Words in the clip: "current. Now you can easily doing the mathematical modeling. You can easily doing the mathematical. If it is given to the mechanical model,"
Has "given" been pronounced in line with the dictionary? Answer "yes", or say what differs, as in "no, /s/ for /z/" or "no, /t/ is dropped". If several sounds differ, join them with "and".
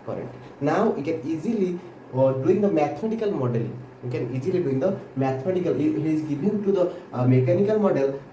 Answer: no, /b/ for /v/